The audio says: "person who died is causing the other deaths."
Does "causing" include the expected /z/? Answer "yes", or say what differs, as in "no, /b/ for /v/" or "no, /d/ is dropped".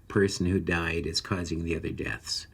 yes